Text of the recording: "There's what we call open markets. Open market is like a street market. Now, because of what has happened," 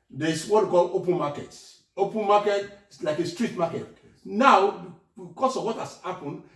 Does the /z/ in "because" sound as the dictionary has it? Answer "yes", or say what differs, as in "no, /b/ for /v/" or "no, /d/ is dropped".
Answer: no, /s/ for /z/